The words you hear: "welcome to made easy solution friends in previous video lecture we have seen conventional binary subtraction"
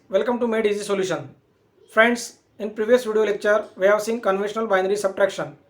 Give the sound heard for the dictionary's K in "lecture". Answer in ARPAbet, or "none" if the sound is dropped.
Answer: K